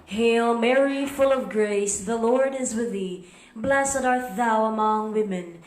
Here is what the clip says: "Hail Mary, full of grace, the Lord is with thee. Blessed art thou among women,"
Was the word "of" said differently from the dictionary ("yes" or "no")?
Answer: no